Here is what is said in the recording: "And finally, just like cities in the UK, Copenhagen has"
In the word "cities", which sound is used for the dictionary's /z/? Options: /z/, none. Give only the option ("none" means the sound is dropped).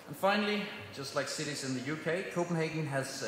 /z/